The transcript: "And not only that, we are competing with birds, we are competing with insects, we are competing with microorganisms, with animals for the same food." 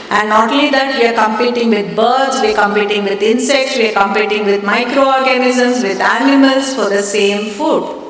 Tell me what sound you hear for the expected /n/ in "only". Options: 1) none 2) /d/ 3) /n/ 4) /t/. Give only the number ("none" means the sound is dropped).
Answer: 1